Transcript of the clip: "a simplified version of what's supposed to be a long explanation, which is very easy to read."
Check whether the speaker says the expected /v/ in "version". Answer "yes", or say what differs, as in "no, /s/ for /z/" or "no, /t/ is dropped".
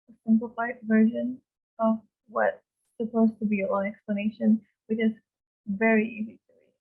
yes